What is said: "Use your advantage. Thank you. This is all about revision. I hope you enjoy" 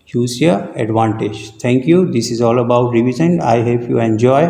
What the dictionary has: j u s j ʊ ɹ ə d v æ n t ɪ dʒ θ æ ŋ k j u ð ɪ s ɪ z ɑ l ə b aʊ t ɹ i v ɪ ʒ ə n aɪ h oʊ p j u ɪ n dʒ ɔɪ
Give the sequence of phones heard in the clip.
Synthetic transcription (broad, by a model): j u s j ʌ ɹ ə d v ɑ n t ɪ dʒ t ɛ ŋ k j u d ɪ s ɪ z ɑ l ə b aʊ t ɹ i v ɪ z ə n aɪ h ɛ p j u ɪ n dʒ ɔɪ